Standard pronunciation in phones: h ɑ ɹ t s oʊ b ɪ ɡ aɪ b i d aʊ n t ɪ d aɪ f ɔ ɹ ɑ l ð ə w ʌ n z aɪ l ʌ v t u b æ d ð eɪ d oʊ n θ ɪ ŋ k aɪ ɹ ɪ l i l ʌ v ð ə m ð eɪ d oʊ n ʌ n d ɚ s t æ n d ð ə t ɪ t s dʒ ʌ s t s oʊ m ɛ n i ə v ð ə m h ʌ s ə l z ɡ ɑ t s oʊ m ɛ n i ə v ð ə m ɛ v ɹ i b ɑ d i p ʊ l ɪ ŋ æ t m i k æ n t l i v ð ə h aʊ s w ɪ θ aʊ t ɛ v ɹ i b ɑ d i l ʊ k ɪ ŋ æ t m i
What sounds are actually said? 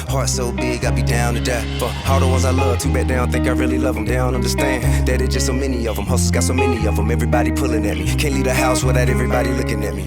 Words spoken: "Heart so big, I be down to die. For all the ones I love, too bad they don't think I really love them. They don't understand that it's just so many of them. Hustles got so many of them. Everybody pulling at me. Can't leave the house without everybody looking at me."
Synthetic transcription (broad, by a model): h ɑ ɹ t s oʊ b ɪ ɡ aɪ b i d aʊ n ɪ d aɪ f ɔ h ɑ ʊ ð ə w ʌ n z aɪ l ʌ v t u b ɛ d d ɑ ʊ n θ ɪ ŋ k aɪ ɹ ɪ l i l ʌ v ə m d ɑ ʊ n ʌ n d ɚ s t æ n d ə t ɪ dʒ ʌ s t s oʊ m ɛ n i ə v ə m h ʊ s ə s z ɡ ɑ t s oʊ m ɛ n i ə v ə m ɛ v ɹ i b ɑ d i p ʊ l ɪ ŋ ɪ t m i k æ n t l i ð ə h aʊ s w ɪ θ aʊ t ɛ v ɹ i b ɑ d i l ʊ k ɪ ŋ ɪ t m i